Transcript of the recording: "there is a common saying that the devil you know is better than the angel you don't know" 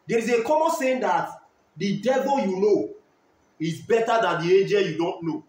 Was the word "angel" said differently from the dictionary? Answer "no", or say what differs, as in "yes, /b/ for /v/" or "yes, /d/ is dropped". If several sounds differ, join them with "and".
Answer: yes, /n/ is dropped